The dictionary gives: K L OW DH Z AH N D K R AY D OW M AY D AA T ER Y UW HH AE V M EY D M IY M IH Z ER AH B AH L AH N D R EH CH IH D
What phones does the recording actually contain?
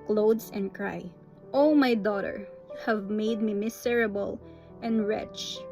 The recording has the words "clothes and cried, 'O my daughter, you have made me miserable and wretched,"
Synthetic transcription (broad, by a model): K L OW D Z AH N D K R AY OW M AY D AA T ER HH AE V M EY D M IY M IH S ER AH B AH L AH N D R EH CH